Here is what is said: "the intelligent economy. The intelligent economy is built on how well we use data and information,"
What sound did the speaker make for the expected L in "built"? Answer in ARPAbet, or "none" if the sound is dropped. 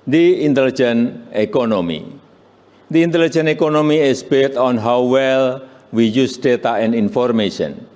none